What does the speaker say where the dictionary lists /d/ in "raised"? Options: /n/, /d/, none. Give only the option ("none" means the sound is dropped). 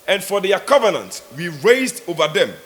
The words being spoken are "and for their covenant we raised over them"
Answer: /d/